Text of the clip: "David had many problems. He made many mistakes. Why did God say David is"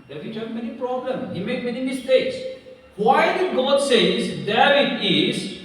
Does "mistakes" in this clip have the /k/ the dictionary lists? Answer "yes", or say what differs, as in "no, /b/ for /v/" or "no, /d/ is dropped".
yes